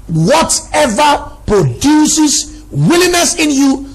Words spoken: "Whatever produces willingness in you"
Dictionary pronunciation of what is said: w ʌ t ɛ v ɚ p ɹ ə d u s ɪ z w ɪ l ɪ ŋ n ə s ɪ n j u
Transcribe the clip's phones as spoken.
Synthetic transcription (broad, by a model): w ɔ t ɛ v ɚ p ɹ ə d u s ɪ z w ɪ l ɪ n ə s ɪ n j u